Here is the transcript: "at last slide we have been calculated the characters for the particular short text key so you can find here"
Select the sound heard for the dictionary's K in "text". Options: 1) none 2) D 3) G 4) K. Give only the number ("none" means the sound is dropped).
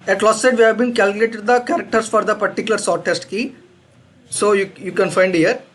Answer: 1